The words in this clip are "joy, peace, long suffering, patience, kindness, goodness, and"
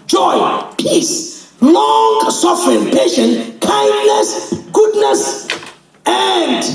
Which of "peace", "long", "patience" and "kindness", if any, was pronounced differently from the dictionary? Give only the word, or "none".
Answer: patience